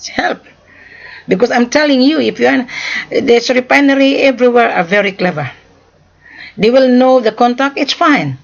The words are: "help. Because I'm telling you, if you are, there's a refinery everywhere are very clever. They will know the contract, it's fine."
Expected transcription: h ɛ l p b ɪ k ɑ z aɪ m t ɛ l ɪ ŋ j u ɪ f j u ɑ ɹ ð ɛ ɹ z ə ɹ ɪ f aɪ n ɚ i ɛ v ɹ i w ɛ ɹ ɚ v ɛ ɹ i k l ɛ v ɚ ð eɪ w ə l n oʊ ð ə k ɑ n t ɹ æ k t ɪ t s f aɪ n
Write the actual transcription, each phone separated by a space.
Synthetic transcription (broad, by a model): h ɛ l p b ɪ k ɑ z aɪ m t ɛ l ɪ ŋ j u ɪ f j u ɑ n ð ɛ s ə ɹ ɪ p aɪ n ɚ i ɛ v ɹ i w ɛ ɹ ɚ v ɛ ɹ i k l ɛ v ɚ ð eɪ w ə l n oʊ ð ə k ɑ n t æ k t ɪ t s f aɪ n